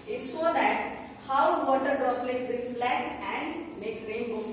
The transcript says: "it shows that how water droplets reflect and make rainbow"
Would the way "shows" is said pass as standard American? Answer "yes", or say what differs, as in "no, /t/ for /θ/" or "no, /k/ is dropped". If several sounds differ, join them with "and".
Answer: no, /s/ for /ʃ/